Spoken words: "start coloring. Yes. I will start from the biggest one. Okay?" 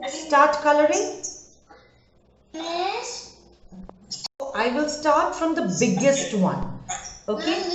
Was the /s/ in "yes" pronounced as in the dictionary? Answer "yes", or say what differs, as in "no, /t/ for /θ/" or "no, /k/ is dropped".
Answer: no, /s/ is dropped